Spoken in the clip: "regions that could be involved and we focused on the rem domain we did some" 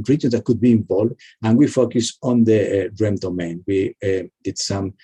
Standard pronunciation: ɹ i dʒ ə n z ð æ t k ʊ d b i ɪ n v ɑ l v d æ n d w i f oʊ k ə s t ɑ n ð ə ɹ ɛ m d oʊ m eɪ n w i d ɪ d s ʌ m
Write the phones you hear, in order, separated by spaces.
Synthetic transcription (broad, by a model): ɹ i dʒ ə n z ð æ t k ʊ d b i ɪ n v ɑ l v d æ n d w i f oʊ k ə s ɑ n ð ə ɹ ɛ m d oʊ m eɪ n w i d ɪ d s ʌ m